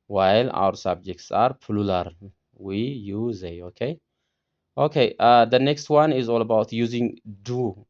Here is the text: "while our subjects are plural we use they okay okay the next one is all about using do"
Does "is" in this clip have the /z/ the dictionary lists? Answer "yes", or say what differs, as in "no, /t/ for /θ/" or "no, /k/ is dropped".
yes